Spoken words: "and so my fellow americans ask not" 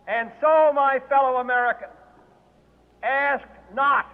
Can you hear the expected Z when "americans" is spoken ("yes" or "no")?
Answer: no